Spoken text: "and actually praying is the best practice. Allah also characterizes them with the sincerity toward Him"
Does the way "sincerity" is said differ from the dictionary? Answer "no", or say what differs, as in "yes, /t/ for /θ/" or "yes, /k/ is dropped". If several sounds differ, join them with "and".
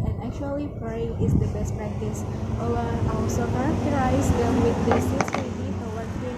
yes, /n/ is dropped